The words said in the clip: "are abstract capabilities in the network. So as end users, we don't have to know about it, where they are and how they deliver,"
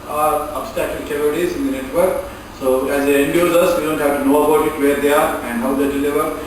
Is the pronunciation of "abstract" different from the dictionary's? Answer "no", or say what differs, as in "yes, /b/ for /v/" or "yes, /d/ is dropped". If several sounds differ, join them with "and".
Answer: yes, /ɹ/ is dropped